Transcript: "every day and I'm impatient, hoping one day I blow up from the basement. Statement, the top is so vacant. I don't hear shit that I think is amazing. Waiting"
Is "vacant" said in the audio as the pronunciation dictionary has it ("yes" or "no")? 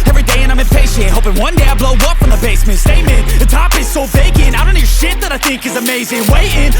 no